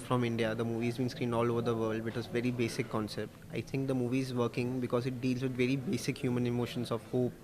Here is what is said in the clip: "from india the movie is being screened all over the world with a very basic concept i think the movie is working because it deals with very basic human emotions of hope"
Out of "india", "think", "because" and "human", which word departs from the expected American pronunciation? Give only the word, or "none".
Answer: think